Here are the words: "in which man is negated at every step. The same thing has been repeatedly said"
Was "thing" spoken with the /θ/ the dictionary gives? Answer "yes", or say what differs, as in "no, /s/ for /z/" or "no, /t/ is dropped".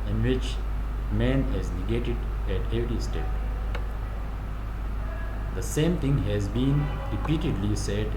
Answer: no, /t/ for /θ/